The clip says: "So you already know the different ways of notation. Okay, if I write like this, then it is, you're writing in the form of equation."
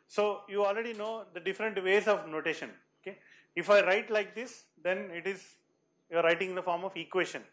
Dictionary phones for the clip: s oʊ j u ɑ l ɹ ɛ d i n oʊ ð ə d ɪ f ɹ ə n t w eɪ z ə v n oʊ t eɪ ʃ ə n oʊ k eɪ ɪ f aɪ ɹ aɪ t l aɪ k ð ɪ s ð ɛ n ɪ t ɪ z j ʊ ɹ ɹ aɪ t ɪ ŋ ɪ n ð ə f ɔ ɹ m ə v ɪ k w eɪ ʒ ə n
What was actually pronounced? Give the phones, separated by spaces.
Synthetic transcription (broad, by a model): s oʊ j u ɑ l ɹ ɛ d i n oʊ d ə d ɪ f ɹ ə n t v eɪ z ə v n oʊ t eɪ ʃ ə n oʊ k eɪ ɪ f aɪ ɹ aɪ t l aɪ k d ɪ s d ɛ n ɪ t ɪ z j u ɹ ɹ aɪ t ɪ ŋ ɪ n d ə f ɔ ɹ m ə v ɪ k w eɪ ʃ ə n